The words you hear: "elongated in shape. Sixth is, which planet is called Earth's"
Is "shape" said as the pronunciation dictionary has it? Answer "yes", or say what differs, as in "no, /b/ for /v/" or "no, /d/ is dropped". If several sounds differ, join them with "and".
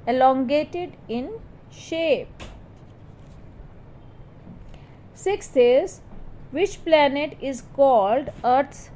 yes